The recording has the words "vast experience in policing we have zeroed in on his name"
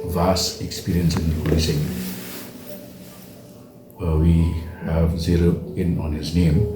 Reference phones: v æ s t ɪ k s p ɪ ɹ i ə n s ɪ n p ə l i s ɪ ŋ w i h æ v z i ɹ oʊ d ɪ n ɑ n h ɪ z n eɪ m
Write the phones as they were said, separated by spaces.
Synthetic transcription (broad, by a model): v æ s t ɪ k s p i ɹ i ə n s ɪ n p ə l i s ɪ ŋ w i h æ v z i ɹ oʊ ɪ n ɑ n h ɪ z n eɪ m